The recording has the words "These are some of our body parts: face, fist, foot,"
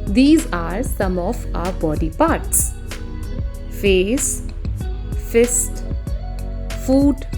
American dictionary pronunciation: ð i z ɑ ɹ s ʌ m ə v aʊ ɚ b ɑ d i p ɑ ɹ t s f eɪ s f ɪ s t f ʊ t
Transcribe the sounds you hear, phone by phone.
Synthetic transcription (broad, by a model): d i z ɑ ɹ s ʌ m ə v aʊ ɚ b ɑ d i p ɑ ɹ t s f eɪ s f ɪ s t f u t